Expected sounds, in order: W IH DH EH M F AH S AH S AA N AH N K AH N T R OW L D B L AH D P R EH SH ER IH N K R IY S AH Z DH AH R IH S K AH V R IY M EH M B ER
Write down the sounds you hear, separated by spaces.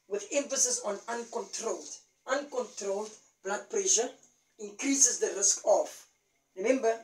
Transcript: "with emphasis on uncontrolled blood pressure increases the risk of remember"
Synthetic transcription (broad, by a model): W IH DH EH M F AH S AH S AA N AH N K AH N T R OW L D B L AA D P R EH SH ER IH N K R IY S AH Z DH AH R IH S K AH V R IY M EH M B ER